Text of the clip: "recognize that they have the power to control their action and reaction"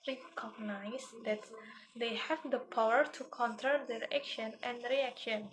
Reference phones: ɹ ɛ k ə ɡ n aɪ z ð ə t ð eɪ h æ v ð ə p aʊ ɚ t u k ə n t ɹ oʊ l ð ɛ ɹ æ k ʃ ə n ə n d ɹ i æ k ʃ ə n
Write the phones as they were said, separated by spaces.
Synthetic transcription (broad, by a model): ɹ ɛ k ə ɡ n aɪ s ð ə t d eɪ h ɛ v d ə p aʊ ɚ t u k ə n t oʊ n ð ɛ ɹ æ k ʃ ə n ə n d ɹ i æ k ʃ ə n